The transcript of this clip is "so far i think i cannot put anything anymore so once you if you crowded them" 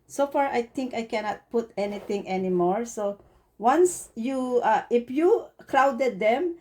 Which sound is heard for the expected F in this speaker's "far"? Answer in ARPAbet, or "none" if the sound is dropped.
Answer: F